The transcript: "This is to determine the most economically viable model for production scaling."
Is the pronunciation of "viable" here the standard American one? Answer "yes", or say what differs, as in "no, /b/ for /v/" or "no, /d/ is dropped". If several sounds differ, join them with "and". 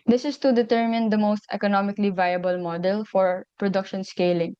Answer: yes